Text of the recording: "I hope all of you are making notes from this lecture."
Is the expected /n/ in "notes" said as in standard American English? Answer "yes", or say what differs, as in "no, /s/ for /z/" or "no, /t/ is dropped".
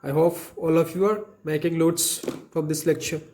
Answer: no, /l/ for /n/